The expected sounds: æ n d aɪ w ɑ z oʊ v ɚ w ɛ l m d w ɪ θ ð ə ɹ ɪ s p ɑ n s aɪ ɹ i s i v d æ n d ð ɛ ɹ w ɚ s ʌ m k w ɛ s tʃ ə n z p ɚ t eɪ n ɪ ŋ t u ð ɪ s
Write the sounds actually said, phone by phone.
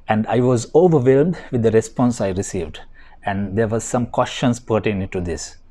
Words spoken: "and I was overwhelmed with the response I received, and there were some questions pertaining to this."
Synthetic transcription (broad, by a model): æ n d aɪ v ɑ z oʊ v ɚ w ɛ l m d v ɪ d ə ɹ ɪ s p ɑ n s aɪ ɹ i s i v d æ n d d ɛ ɹ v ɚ s ʌ m k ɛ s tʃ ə n s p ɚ t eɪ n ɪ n t u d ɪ s